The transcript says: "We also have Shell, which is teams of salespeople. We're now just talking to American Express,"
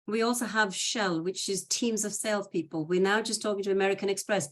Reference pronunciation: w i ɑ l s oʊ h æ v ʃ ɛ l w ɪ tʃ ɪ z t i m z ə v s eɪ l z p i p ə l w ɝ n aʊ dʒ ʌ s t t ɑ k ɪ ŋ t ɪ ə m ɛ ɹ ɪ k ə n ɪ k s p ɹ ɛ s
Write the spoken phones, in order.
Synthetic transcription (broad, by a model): w i ɑ l s oʊ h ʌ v ʃ ɛ l w ɪ tʃ ɪ z t i m z ə v s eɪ l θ p i p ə l w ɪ n aʊ dʒ ʌ s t t ɑ k ɪ ŋ t ɪ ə m ɛ ɹ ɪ k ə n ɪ k s p ɹ ɛ s